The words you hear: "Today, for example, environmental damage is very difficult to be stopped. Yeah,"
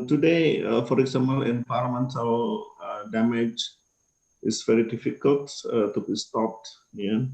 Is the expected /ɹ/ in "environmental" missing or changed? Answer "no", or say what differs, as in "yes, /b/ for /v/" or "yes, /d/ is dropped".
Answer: yes, /l/ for /ɹ/